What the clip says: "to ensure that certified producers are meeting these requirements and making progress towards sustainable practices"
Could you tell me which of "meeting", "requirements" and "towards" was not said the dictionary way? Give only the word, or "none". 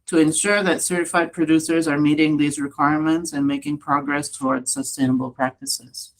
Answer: none